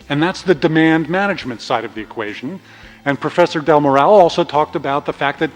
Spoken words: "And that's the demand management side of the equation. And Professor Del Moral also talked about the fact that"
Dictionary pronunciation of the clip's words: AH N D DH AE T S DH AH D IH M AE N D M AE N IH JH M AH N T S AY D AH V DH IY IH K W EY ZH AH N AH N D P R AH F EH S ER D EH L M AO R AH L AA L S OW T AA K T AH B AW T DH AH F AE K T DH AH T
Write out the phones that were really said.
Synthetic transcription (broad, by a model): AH N DH AE T S DH AH D IH M AE N D M AE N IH JH M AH N T S AY D AH V DH IY IH K W EY ZH AH N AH N P R AH F EH S ER D EH L M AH R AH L AA L S OW T AA K T AH B AW T DH AH F AE K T DH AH T